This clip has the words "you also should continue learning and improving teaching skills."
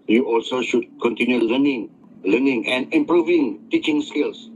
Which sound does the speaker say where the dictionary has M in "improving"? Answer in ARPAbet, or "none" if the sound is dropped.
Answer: M